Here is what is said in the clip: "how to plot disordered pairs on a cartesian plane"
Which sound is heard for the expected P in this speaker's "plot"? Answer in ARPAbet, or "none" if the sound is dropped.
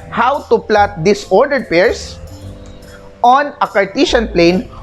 P